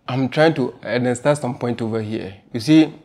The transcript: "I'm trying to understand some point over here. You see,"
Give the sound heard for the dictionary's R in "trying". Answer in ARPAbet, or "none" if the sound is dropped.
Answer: R